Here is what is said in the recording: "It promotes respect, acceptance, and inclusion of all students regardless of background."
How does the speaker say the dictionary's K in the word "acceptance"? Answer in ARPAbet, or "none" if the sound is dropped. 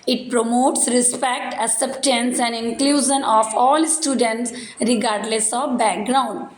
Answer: none